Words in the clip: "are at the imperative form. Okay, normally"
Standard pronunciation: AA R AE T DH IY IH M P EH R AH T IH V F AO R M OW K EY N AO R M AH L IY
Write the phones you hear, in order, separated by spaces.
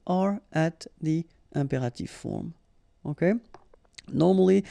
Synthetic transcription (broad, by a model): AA R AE T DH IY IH P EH R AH T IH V F AO R M OW K EY N AO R M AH L IY